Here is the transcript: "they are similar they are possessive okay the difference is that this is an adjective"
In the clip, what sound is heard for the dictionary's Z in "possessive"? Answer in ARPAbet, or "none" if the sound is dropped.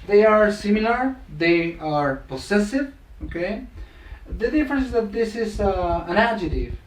S